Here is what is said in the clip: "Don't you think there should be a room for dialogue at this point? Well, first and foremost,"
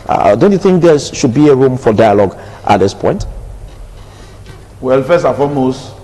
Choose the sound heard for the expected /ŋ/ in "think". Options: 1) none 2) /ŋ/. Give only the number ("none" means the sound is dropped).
2